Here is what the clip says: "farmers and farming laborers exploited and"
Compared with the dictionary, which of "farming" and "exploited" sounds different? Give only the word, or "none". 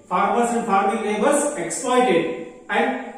none